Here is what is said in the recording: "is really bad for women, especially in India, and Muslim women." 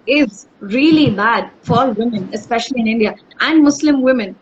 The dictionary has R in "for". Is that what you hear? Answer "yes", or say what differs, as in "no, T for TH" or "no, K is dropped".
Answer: no, L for R